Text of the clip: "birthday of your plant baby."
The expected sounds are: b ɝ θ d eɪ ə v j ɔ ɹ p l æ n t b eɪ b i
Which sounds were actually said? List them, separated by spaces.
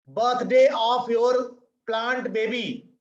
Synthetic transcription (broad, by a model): b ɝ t d eɪ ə p j ɔ ɹ p l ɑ n t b eɪ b i